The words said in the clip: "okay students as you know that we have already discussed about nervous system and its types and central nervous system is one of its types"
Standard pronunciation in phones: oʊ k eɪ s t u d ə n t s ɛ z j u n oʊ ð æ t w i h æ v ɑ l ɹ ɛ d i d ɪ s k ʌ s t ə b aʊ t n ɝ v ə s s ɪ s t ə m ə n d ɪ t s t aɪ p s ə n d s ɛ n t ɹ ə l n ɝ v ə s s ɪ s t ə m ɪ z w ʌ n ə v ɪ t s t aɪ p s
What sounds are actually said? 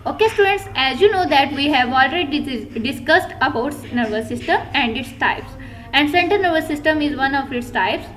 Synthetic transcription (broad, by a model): oʊ k eɪ s t u d ə n t s ɛ z j u n oʊ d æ t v i h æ v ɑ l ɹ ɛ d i d ɪ s k ʌ s t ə b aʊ t n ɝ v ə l s ɪ s t ə m ə n d ɪ t s t aɪ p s ə n d s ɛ n t ə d n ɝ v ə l s ɪ s t ə m ɪ z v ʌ n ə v ɪ t s t aɪ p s